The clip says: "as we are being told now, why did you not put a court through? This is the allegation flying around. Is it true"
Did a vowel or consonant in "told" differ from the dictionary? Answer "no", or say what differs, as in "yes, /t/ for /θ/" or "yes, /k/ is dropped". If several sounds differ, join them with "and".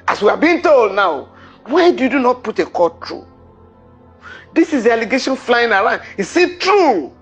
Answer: no